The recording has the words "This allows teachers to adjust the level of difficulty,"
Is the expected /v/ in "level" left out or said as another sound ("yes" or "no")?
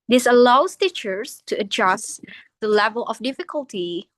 no